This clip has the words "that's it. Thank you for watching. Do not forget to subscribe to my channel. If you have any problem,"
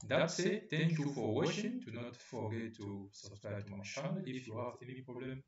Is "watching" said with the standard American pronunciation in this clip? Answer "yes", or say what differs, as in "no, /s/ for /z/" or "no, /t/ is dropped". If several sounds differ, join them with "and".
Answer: no, /ʃ/ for /tʃ/